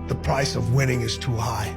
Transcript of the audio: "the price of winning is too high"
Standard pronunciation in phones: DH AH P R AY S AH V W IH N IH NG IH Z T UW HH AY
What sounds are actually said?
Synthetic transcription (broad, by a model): DH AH P R AY S AH V W IH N IH NG IH Z T UW HH AY